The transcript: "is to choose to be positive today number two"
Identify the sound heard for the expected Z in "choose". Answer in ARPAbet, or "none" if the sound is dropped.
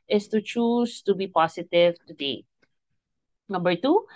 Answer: S